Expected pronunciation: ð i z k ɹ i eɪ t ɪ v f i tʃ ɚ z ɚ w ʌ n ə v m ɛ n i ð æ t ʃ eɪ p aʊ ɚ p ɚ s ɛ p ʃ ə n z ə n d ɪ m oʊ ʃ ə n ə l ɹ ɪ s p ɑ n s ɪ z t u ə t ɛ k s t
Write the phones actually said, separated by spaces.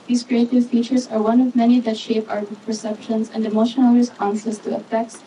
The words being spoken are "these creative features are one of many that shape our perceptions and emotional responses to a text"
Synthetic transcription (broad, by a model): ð i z k ɹ i eɪ t ɪ v f i tʃ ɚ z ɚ w ʌ n ə v m ɛ n i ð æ t ʃ eɪ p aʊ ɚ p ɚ s ɛ p ʃ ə n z ə n d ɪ m oʊ ʃ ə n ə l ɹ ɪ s ɑ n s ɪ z t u ə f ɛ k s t